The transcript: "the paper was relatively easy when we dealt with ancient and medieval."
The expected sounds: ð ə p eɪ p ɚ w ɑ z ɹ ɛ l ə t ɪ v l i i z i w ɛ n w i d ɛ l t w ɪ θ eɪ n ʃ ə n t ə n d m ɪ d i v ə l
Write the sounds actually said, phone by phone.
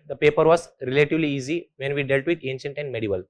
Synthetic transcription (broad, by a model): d ə p eɪ p ɚ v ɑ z ɹ ɛ l ə t ɪ v l i i z i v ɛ n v i d ɛ l t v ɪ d eɪ n ʃ ə n t ə n d m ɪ d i v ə l